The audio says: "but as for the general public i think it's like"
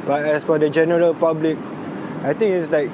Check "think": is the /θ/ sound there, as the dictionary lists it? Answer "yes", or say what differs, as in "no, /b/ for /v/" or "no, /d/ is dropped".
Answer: no, /t/ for /θ/